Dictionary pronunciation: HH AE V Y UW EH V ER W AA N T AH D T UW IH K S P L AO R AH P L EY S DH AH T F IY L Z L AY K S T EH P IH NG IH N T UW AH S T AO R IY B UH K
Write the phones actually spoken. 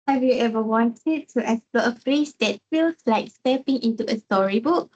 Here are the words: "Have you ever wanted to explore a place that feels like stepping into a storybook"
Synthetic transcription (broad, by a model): HH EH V Y UW EH V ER W AA N T AH D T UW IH S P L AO AH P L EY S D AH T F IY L S L AY K S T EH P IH NG IH N T UW AH S T AO R IY B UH K